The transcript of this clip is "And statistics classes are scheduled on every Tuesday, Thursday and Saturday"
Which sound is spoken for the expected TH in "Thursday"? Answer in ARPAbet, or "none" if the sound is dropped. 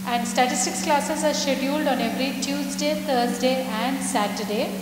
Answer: T